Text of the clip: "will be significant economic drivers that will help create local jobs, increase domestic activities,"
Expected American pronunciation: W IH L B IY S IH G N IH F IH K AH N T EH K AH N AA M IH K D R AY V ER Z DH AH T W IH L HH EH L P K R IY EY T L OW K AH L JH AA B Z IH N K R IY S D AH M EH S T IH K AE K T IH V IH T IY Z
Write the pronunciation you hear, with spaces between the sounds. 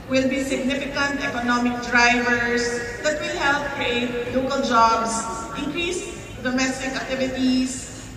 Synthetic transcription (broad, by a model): W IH L B IY S IH G N IH F IH K AH N T EH K AH N AA M IH K D R AY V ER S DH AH T W IH L HH EH L P K R IY EY T L OW K AH L JH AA B S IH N K R IY S D AH M EH S T IH K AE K T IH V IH T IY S